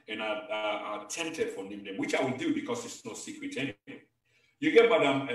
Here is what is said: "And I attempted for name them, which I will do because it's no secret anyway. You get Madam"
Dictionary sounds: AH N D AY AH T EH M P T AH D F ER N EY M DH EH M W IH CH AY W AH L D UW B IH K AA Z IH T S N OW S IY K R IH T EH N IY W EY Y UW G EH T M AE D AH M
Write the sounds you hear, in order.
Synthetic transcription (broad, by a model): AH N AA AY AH T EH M T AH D F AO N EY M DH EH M W IH CH AY W AH L D UW B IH K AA S IH T S N OW S IY K R IH T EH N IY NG Y UW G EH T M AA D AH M